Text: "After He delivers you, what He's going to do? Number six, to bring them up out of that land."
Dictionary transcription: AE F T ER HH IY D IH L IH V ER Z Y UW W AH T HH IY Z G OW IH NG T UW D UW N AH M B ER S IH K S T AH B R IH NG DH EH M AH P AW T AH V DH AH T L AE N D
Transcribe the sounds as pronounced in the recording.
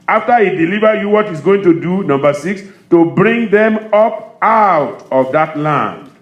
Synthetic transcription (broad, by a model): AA F T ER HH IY D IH L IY V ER Y UW W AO T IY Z G OW IH NG T UW D UW N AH M B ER S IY K S T AH B R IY NG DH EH M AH P AW T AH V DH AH T L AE N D